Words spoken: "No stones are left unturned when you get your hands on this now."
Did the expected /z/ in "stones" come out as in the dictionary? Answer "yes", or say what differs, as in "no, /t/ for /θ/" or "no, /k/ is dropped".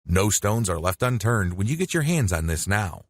yes